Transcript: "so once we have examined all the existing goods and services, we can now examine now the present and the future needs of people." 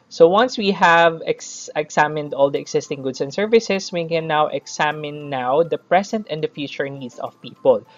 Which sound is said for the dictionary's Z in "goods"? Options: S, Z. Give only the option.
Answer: S